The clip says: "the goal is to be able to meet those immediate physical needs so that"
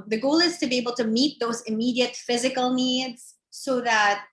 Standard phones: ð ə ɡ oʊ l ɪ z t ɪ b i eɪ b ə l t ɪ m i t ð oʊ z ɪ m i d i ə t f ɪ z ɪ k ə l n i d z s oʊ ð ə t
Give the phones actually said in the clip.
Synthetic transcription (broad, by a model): ð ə ɡ oʊ l ɪ z t ɪ b i eɪ b l t ɪ m i t ð oʊ z ɪ m i d i ə t f ɪ z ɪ k l n i d z s oʊ ð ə t